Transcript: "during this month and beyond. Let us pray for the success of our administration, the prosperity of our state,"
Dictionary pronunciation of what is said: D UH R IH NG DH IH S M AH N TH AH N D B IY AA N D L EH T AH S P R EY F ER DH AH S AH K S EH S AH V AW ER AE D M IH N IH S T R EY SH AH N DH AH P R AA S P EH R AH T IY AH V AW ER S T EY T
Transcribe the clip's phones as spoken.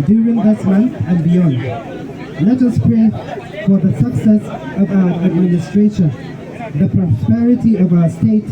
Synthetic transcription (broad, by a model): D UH R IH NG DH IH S M AH N TH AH N B IY AA N D L EH T AH S P R EY F ER DH AH S AH K S EH S AH V AW ER AE D M IH N IH S T R EY SH AH N DH AH P R AA S P EH R AH T IY AH V AW ER S T EY T